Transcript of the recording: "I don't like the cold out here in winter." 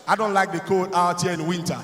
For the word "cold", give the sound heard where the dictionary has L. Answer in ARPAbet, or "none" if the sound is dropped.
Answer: none